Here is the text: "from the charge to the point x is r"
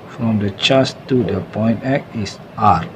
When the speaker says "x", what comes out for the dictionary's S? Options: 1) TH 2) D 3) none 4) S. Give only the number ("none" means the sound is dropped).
3